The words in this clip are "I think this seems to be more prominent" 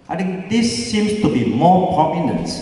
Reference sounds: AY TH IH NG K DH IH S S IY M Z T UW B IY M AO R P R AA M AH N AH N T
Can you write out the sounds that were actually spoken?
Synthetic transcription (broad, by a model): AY T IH NG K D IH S S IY M S T UW B IY M AO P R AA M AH N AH N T